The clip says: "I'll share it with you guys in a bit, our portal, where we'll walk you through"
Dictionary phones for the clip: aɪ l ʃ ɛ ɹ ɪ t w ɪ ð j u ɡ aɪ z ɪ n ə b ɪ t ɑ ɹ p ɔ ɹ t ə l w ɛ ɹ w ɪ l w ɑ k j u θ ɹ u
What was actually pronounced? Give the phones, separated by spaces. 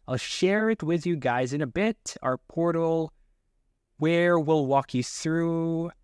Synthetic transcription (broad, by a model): aɪ l ʃ ɛ ɹ ɪ t w ɪ ð j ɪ ɡ aɪ z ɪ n ə b ɪ t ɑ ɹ p ɔ ɹ t l w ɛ ɹ w ɪ l w ɑ k j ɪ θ ɹ u